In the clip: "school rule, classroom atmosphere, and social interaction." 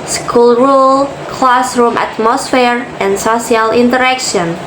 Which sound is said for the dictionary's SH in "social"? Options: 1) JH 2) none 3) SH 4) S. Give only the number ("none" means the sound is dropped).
2